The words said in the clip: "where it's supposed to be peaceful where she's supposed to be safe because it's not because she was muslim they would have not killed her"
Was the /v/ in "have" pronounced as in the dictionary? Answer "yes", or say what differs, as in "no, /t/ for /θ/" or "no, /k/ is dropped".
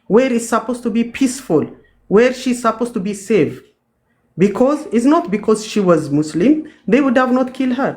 yes